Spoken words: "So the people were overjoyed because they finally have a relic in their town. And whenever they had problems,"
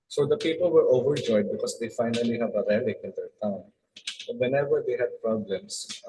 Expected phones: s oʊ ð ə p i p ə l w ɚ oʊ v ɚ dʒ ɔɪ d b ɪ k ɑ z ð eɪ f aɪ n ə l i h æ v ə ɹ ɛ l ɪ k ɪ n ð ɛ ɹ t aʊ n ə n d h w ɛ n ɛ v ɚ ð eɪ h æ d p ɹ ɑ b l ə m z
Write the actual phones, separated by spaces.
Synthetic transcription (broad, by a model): s oʊ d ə p i p ə l w ɚ oʊ v ɚ dʒ ɔɪ d b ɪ k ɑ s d eɪ f aɪ n ə l i h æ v ə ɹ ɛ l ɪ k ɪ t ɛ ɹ t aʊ ə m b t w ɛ n ɛ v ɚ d eɪ h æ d p ɹ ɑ b l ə m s